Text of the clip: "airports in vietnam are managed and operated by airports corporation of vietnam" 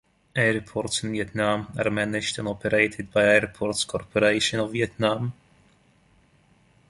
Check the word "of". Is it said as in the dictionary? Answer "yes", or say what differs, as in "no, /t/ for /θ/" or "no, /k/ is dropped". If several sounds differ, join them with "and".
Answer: yes